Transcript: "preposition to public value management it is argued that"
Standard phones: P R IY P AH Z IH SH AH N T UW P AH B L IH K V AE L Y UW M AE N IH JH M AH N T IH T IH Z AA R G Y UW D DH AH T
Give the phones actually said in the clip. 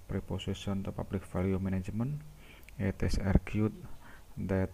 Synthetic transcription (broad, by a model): P R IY P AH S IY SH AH N T UW P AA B L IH K F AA L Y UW M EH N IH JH M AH N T IH T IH S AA R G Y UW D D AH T